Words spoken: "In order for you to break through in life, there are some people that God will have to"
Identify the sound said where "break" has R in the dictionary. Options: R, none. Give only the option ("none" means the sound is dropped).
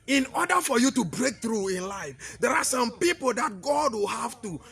R